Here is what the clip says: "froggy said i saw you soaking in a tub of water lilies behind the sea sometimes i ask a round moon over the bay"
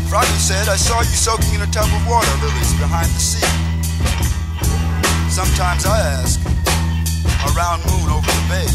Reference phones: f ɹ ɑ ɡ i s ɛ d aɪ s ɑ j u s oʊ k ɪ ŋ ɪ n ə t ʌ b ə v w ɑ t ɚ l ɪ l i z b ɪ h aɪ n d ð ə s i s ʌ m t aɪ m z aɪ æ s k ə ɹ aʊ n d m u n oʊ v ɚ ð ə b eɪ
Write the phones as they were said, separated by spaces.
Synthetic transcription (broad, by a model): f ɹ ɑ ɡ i s ɛ d aɪ s ɑ j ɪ s oʊ k ɪ ŋ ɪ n ə t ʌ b ə v w ɑ t ɚ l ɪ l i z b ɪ h aɪ n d ð ə s i s ʌ m t aɪ m z aɪ æ s k ə ɹ aʊ n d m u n oʊ v ɚ ð ə b eɪ